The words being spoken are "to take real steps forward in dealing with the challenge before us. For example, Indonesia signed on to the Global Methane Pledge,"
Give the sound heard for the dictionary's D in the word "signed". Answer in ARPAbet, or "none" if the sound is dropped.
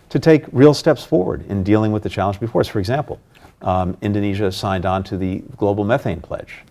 D